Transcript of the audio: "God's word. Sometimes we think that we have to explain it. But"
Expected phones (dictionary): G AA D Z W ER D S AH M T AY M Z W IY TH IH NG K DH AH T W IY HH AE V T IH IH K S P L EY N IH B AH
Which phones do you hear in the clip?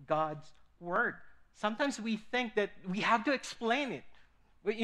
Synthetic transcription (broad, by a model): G AA D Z W ER D S AH M T AY M Z W IY TH IH NG K DH AH T W IY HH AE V T IH IH K S P L EY N IH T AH